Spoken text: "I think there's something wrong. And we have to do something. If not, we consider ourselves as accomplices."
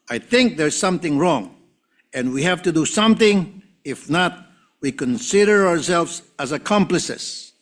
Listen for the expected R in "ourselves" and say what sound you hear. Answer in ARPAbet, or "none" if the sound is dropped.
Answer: R